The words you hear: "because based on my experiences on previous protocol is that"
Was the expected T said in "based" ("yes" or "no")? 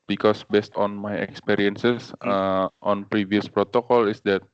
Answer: yes